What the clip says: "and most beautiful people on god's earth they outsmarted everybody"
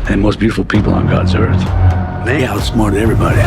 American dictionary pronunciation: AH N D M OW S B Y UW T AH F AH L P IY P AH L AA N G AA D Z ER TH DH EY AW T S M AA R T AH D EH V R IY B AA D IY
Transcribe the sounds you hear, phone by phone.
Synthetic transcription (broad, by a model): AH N M OW S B Y UW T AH F L P IY P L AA N G AA D Z ER TH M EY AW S M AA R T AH EH V R IY B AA D IY